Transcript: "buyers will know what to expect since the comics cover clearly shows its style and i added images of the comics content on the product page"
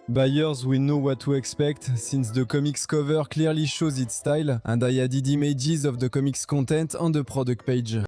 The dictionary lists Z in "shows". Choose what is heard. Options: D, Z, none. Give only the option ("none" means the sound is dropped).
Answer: Z